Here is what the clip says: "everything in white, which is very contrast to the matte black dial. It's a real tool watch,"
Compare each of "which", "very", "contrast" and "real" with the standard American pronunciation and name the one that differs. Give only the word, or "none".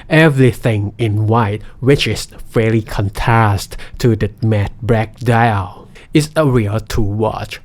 very